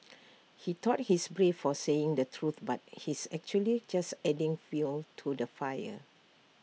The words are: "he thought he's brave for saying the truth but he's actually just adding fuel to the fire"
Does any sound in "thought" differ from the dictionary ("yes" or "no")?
yes